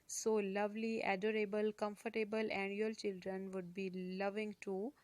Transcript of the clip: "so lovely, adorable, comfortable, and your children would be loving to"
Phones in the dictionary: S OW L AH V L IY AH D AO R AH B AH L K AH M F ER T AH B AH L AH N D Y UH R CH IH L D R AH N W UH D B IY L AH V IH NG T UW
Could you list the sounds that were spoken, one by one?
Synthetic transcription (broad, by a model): S OW L AH V L IY AH D AO R AH B AH L K AH M F ER T AH B AH L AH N Y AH L CH IH L D R AH N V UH D B IY L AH V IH NG T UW